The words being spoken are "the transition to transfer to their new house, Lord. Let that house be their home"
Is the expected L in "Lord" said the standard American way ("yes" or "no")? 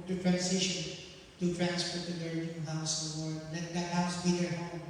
no